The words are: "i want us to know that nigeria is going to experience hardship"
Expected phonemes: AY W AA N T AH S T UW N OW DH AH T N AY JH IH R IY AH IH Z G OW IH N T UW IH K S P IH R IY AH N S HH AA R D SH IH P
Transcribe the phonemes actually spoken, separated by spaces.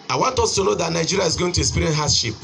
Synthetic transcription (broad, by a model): AY W AA N T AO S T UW N OW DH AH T N AY JH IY R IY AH IH Z G OW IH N T UW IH S P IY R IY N HH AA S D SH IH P